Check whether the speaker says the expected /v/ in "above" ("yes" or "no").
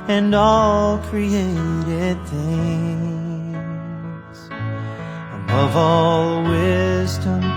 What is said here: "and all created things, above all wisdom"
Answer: yes